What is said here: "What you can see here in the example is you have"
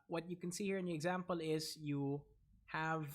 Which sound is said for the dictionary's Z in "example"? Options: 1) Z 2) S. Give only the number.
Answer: 1